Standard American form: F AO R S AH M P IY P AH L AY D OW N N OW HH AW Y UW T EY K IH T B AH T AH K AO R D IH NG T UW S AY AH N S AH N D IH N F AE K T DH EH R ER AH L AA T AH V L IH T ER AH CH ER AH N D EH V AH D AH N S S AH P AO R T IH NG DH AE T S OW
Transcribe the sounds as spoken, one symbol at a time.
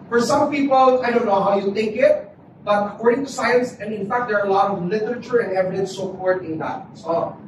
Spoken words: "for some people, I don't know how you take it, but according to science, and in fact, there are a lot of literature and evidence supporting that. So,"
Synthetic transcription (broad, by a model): F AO R S AH M P IY P AH L AY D OW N N OW HH AW Y UW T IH K IH T B AH T AH K AO R D IH NG T UW S AY AH N S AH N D IH N F AE K T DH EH R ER AH L AA T AH V L IH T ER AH CH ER AH N D EH V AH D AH N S S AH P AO R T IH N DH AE T S OW